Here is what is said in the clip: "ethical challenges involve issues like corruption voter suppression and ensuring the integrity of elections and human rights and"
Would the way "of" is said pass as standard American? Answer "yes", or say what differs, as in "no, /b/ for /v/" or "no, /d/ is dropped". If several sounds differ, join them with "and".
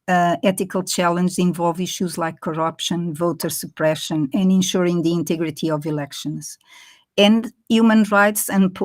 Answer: yes